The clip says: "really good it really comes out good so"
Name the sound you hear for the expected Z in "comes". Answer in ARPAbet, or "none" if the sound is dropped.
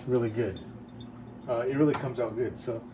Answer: Z